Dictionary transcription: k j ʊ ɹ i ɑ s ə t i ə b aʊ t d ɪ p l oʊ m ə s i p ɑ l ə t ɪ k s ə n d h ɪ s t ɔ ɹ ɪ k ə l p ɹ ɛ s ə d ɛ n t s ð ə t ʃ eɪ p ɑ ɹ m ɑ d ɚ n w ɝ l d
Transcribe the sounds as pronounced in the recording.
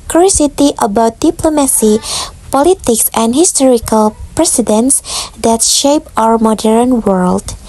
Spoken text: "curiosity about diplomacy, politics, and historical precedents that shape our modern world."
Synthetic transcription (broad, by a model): k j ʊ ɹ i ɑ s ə t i ə b aʊ t d ɪ p l oʊ m ə s i p ɑ l ə t ɪ k s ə n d h ɪ s t ɔ ɹ ɪ k ə l p ɹ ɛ s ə d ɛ n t s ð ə t ʃ eɪ p ɑ ɹ m ɑ d ɚ n w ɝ l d